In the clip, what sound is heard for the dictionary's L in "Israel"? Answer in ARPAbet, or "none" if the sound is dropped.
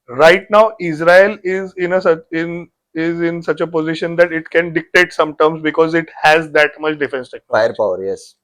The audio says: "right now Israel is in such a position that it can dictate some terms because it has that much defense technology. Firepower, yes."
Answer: N